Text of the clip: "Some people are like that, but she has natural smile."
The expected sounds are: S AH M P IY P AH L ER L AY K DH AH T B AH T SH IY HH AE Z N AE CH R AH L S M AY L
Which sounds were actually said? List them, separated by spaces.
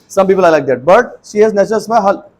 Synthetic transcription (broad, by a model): S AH M P IY P AH L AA L AY K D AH T B AH T SH IY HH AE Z N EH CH AH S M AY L